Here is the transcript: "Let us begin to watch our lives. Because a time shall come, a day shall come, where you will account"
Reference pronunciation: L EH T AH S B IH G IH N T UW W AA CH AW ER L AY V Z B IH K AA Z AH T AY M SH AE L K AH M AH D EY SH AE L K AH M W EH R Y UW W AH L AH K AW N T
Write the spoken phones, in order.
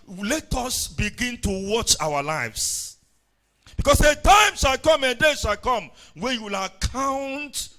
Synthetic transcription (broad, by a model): L EH T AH S B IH G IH N T UW W AA CH AW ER L AY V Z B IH K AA S AH T AY M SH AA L K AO M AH D EY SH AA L K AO M W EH Y UW W AH L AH K AW N T